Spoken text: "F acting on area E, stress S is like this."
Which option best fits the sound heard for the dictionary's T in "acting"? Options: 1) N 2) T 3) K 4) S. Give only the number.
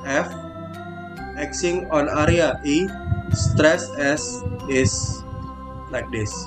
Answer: 4